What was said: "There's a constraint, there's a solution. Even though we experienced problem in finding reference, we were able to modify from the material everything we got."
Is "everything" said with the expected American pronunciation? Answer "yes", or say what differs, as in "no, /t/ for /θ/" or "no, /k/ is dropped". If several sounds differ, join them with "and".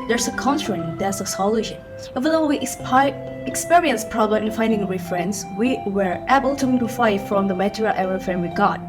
no, /f/ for /θ/